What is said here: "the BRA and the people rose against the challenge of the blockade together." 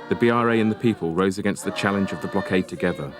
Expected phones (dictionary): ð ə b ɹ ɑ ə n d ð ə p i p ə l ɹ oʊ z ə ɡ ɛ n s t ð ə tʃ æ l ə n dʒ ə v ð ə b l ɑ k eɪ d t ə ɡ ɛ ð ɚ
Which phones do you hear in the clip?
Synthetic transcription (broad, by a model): ð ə b ɹ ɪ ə n ð ə p i p ə l ɹ oʊ z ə ɡ ɛ n s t ð ə tʃ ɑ l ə n dʒ ə v ð ə b l ɑ k eɪ d t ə ɡ ɛ ð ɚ